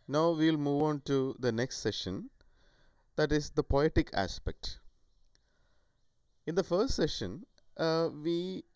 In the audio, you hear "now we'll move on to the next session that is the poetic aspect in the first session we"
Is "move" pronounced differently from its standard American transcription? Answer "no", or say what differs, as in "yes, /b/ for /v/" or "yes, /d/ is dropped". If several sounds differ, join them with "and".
no